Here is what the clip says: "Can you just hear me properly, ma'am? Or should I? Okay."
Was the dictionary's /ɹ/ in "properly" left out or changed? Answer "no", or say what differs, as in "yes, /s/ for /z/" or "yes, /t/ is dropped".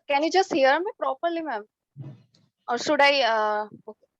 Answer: no